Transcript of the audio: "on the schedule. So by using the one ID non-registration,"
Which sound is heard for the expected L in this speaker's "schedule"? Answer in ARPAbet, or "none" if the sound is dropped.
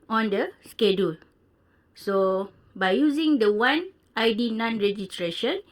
L